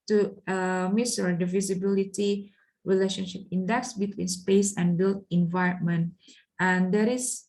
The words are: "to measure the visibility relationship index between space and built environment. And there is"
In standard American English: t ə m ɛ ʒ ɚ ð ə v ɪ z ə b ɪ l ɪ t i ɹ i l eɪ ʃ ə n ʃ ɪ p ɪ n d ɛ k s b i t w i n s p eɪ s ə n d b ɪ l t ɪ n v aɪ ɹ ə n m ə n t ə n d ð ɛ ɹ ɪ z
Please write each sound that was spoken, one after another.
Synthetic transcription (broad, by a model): t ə m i s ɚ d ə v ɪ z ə b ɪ l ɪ t i ɹ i l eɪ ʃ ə n ʃ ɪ p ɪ n d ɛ k s b i t w i n s p eɪ s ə n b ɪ l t ɪ n v aɪ ɹ ə n m ə n t ə n d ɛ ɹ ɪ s